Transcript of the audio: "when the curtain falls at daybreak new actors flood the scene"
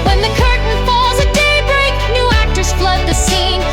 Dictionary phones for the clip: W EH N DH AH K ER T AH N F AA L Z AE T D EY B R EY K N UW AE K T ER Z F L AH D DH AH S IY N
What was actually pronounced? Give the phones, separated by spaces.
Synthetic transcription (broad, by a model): W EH N DH AH K ER T N F AA L Z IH D EY B R EY K N UW AE K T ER S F L AH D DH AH S IY N